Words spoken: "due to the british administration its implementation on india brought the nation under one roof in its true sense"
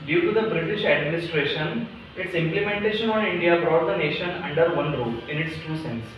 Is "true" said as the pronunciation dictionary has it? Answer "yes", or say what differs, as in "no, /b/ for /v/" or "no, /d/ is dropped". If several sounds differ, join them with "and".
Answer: no, /ɹ/ is dropped